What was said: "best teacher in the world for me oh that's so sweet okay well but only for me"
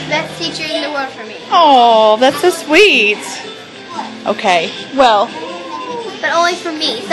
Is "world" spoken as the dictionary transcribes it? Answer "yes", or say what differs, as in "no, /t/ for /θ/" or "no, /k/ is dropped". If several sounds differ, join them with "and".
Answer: no, /l/ is dropped